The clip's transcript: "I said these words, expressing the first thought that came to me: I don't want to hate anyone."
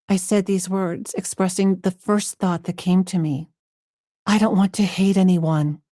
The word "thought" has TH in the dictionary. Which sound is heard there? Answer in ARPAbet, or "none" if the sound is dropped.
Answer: TH